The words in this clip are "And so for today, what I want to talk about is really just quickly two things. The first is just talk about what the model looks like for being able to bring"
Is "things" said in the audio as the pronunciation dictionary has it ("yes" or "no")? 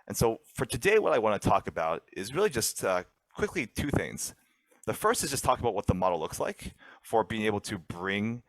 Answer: yes